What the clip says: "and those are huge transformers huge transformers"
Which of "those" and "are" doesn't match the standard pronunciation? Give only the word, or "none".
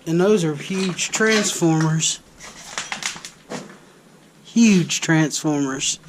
none